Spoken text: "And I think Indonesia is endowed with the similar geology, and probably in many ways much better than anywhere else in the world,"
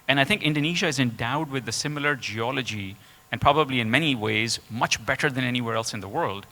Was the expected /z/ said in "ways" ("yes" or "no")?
yes